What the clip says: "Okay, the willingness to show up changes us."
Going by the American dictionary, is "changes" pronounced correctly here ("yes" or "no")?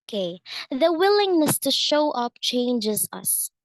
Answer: yes